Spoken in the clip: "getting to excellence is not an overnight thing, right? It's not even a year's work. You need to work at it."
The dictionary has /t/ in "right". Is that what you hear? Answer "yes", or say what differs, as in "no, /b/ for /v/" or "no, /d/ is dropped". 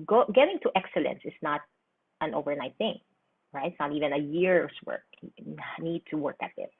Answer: no, /t/ is dropped